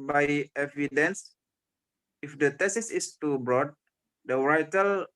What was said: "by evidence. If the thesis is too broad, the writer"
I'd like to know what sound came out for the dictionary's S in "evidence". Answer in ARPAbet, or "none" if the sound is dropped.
S